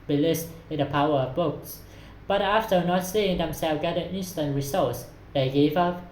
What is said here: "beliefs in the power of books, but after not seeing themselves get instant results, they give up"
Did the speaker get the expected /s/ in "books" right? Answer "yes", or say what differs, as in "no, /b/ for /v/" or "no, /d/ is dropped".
yes